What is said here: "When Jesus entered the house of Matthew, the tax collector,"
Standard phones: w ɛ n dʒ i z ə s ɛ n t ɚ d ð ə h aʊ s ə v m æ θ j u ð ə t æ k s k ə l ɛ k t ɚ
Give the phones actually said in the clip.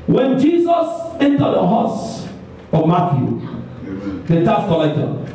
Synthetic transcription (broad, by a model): w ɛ n dʒ i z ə s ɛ n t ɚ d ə h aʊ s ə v m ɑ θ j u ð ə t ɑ s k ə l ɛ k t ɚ